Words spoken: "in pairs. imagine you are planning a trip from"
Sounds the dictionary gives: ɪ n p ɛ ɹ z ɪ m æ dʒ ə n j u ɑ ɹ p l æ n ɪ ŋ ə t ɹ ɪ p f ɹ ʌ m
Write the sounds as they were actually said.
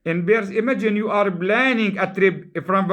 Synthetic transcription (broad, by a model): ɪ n b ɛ ɹ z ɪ m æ dʒ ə n j u ɑ ɹ b l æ n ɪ ŋ ə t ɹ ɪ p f ɹ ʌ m